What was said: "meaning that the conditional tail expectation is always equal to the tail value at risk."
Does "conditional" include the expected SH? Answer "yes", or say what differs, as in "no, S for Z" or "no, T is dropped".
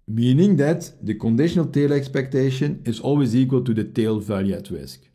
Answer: yes